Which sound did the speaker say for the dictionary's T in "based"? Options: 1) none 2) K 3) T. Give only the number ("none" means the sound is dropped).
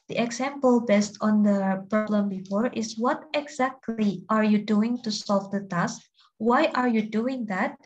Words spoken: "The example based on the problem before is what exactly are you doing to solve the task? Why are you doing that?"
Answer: 3